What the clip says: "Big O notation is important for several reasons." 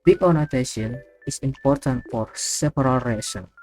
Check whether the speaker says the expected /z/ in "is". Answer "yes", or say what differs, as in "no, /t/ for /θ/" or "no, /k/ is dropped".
no, /s/ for /z/